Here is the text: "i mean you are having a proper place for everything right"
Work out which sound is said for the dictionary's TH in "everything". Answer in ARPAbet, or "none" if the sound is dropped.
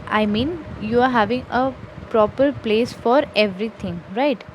T